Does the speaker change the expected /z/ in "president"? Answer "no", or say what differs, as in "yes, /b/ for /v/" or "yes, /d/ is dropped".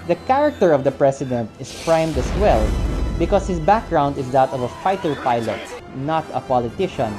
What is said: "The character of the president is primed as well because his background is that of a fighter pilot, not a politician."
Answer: yes, /s/ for /z/